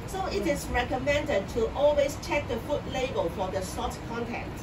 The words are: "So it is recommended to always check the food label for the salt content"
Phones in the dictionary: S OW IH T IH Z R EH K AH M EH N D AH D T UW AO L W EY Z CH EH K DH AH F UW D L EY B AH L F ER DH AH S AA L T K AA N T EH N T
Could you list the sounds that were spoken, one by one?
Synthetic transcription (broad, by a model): S OW IH T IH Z R EH K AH M EH N D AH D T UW AO L W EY S CH EH K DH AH F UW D L EY B AH L F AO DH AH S AA T K AA N T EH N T